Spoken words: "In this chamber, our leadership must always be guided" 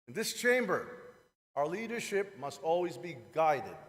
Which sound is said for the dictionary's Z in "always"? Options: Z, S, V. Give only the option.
Z